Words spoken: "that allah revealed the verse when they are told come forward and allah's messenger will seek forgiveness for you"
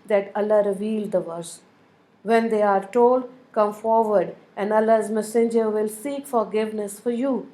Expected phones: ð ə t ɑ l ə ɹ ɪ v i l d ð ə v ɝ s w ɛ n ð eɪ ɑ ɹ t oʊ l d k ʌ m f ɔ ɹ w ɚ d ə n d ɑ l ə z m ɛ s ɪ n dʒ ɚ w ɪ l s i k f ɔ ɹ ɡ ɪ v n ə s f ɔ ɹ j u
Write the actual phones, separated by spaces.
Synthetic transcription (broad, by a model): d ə t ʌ l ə ɹ ɪ v i l d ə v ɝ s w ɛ n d eɪ ɑ ɹ t oʊ l d k ʌ m f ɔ ɹ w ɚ d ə n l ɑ ə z m ɛ s ɪ n dʒ ɚ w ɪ l s i k f ɔ ɹ ɡ ɪ v n ə s f ɔ ɹ j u